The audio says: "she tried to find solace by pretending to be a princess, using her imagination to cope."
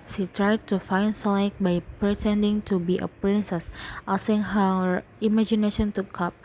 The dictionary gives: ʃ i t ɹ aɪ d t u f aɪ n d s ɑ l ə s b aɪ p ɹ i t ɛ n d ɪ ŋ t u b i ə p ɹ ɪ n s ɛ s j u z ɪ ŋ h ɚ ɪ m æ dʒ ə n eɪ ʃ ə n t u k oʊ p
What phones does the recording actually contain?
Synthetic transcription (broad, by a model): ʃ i t ɹ aɪ d t u f aɪ n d s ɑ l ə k b aɪ p ɹ i t ɛ n d ɪ ŋ t u b i ə p ɹ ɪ n s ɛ s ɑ s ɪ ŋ h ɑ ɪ m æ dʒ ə n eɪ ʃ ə n t u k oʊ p